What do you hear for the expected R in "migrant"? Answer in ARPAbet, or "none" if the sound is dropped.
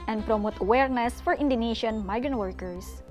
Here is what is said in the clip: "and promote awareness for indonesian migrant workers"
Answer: R